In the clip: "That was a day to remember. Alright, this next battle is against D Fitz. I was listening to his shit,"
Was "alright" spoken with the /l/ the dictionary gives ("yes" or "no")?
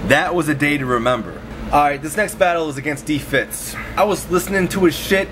no